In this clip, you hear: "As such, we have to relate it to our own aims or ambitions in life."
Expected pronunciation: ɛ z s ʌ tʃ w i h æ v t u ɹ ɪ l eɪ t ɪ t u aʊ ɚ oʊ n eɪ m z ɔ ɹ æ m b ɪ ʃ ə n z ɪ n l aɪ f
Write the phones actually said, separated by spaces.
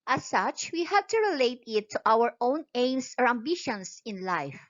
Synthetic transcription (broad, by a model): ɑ s ʌ tʃ w i h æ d t u ɹ ɪ l eɪ t ɪ t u aʊ ɚ oʊ n eɪ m s ɔ ɹ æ m b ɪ ʃ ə n s ɪ n l aɪ f